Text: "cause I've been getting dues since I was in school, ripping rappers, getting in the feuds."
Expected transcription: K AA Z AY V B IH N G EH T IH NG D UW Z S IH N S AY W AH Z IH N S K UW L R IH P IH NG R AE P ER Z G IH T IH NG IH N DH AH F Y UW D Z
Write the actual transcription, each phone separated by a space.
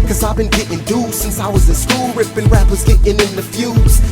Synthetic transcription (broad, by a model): K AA Z AY V B IH N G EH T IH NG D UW S IH N S AY W AH Z IH N S K UW L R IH B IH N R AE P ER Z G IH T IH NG IH N DH AH F Y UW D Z